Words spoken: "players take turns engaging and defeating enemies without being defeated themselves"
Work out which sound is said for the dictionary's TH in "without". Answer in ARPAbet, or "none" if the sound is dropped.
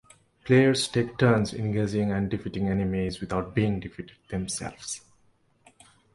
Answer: T